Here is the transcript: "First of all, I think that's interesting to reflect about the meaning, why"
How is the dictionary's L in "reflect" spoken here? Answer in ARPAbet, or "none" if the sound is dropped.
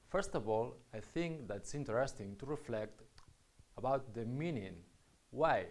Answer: L